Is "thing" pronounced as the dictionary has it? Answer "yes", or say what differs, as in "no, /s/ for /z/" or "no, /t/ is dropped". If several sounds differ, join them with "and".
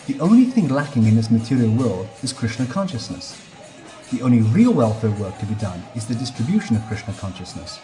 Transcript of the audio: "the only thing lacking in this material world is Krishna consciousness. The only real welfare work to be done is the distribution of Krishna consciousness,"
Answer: yes